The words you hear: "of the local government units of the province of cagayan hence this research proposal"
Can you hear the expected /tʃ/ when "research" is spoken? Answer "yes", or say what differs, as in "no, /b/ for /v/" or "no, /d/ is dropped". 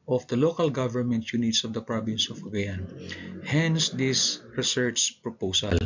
no, /s/ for /tʃ/